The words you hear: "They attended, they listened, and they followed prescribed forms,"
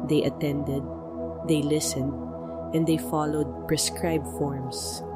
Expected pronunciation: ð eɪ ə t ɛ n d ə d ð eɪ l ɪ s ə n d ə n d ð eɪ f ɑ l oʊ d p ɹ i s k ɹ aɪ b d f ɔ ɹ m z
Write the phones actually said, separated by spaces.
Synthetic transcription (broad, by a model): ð eɪ ə t ɛ n d ə d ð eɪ l ɪ s ə n d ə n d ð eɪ f ɑ l oʊ d p ɹ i s k ɹ aɪ b f ɔ ɹ m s